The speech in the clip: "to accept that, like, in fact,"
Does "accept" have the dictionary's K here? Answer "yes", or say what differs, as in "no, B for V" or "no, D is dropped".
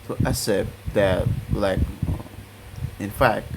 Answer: no, K is dropped